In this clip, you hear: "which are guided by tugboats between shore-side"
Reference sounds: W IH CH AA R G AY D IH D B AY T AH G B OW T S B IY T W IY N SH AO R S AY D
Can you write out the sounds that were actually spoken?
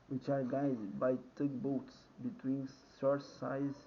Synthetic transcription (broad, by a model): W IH CH AA R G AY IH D B AY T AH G B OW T S B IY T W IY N S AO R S AY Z